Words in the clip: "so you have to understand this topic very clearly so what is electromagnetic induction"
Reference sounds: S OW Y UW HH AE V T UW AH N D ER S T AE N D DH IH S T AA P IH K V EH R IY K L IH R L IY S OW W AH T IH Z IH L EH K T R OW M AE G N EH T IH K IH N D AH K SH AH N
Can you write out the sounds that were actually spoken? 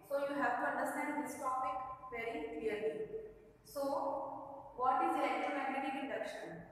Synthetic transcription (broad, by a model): S OW Y UW HH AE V T UW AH N D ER S T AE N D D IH S T AA P IH K V EH R IY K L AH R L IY S OW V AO T IH Z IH EH T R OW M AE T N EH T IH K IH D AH K SH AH N